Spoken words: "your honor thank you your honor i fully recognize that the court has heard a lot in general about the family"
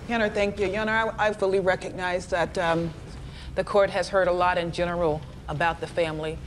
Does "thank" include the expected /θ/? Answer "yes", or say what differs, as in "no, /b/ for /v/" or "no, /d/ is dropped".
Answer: yes